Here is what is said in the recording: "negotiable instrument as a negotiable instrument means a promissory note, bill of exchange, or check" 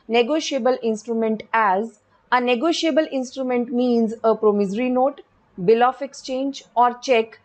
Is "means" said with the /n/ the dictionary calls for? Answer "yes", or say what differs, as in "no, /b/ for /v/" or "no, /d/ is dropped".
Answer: yes